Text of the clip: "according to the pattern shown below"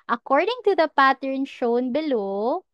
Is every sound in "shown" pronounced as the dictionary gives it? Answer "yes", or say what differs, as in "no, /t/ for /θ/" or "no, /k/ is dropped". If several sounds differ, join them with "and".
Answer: yes